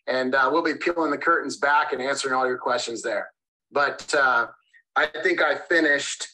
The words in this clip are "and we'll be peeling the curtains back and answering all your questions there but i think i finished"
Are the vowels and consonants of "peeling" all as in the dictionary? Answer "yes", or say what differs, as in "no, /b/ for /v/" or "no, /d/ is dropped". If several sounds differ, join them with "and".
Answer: yes